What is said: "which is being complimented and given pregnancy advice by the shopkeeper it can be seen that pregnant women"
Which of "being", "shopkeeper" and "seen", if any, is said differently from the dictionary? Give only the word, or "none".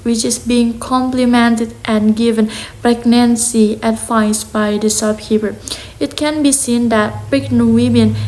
shopkeeper